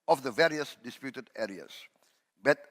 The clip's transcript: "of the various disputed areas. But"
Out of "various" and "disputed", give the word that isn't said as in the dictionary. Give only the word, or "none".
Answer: none